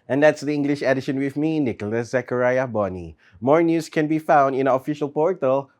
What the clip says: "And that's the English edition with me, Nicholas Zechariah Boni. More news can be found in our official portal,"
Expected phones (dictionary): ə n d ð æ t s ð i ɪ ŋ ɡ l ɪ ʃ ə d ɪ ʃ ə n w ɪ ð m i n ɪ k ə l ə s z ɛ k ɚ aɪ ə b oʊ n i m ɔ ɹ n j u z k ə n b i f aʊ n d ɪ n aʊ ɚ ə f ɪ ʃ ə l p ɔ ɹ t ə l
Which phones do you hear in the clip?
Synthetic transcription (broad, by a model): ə n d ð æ t s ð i ɪ ŋ ɡ l ɪ ʃ ə d ɪ ʃ ə n w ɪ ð m i n ɪ k ə l ə s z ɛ k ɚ aɪ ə b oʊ n i m ɔ ɹ n j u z k ə n b i f aʊ n d ɪ n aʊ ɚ ə f ɪ ʃ ə l p ɔ ɹ t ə l